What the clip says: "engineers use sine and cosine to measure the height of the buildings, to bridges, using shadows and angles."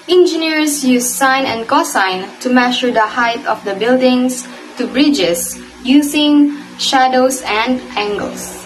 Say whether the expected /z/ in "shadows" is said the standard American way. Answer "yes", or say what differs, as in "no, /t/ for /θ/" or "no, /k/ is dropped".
no, /s/ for /z/